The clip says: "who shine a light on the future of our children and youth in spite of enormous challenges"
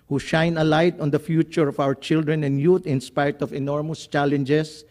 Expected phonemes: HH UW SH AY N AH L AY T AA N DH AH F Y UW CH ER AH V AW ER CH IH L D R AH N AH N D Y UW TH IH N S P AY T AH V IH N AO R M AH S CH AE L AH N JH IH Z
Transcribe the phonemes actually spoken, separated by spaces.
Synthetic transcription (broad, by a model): HH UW SH AY N AH L AY T AA N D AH F Y UW CH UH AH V AW ER CH IH L D R AH N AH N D Y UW T IH N S P AY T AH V IH N AO R M AH S CH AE L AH N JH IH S